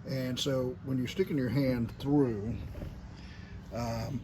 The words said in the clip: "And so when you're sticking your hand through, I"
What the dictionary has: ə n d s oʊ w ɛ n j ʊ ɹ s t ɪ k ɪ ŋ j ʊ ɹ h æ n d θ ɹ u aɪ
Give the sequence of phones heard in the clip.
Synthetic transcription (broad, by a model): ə n s oʊ w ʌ n j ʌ ɹ s t ɪ k ɪ ŋ j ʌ ɹ h æ n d θ ɹ u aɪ